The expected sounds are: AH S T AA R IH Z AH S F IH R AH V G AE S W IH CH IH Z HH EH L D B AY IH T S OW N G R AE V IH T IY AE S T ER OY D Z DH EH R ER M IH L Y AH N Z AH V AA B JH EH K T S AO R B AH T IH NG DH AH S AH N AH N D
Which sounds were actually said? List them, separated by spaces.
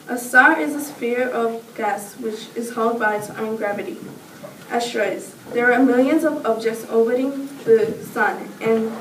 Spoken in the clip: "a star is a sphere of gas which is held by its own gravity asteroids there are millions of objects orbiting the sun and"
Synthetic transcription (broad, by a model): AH S T AA R IH Z AH S F IH R AH V G AE S W IH CH IH Z HH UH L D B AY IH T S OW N G R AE V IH T IY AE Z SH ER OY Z DH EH R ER M IH L Y AH N Z AH V AA B JH EH K T S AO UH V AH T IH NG DH AH S AH N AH N